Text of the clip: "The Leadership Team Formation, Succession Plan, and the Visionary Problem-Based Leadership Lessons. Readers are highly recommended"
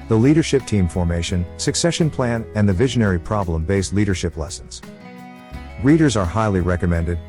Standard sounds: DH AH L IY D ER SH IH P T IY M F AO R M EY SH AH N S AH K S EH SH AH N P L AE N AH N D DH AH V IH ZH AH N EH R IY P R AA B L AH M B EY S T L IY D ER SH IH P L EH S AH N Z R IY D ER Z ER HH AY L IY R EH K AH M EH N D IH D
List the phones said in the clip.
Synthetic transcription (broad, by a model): DH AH L IY D ER SH IH P T IY M F AO R M EY SH AH N S AH K S EH SH AH N P L AE N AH N DH AH V IH ZH AH N EH R IY P R AA B L AH M B EY S T L IY D ER SH IH P L EH S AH N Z R IY D ER Z ER HH AY L IY R EH K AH M EH N D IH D